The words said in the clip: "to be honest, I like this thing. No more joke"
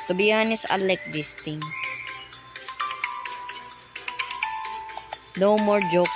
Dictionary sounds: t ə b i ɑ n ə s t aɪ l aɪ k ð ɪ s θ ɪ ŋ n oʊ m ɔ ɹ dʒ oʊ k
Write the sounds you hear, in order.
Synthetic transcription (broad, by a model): t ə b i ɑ n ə s aɪ l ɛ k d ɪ s t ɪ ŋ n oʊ m ɔ ɹ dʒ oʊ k